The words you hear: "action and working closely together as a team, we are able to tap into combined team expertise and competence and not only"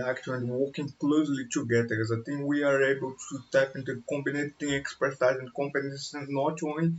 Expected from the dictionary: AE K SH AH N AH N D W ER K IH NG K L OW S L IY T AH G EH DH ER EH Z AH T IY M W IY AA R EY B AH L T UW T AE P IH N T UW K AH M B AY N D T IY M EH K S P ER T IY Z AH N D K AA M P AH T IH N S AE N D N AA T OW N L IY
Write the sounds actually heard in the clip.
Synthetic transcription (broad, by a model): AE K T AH AH N D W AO K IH NG K L OW S L IY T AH G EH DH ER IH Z AH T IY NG W IY AA R EY B AH L T UW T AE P IH N T UW K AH M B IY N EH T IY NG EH K S P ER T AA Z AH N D K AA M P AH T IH S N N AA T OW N